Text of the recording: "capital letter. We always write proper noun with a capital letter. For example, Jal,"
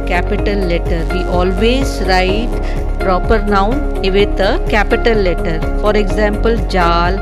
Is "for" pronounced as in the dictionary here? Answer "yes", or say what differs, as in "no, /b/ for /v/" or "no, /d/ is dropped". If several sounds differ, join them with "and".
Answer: yes